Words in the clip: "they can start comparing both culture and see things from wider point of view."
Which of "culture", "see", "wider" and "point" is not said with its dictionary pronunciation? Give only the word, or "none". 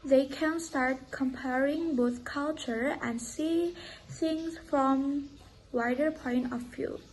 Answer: none